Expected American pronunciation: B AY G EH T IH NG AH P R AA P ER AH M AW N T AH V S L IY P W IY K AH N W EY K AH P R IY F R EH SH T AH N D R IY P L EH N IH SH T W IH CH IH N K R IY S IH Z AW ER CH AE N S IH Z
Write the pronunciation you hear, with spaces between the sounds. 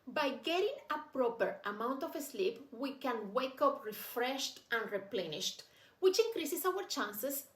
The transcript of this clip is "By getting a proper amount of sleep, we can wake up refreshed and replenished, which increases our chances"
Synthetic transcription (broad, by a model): B AY G EH T IH NG AH P R AA P ER AH M AW N T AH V S L IY P W IY K AH N W EY K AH P R IY F R EH SH T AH N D R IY P L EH N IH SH T W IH CH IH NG K R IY S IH S AW ER CH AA N S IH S